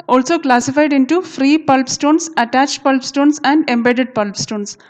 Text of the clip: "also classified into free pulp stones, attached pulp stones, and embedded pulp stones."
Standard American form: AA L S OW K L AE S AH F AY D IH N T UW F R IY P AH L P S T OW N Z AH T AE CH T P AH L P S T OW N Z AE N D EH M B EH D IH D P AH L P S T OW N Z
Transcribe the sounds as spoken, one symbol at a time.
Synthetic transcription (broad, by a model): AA L S OW K L AE S AH F AY D IH N T UW F R IY P AH L P S T OW N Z AH T AE CH T P AH L P S T OW N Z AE N D EH M B EH D IH D P AH L P S T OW N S